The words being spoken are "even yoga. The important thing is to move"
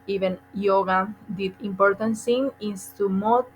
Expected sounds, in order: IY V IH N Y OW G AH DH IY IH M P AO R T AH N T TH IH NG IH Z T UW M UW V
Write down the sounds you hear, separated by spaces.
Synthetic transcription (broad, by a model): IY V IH N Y OW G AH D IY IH M P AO R T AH N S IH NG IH S T UW M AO